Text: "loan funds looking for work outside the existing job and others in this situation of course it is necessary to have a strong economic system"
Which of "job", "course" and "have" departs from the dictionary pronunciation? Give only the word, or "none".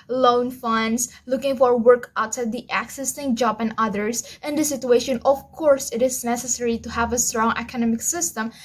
none